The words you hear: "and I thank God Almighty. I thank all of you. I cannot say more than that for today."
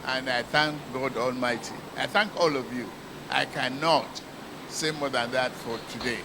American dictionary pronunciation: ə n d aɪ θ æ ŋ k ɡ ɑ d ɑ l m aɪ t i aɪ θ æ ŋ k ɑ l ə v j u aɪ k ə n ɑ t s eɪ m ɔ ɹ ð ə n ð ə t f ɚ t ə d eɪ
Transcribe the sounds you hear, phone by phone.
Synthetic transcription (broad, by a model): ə n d aɪ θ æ ŋ k ɡ ɑ d ɑ l m aɪ t i aɪ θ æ ŋ k ɑ l ə v j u aɪ k ə n ɑ t s eɪ m ɔ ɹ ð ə n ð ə t f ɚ t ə d eɪ